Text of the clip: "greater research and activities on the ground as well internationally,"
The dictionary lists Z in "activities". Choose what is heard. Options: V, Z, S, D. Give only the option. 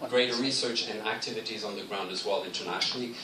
Z